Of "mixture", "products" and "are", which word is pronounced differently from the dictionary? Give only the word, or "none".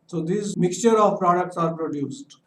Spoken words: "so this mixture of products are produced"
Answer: none